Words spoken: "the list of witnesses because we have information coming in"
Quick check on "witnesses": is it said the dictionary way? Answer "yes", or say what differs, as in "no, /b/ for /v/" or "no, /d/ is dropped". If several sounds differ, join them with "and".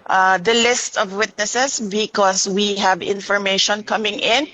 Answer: no, /s/ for /z/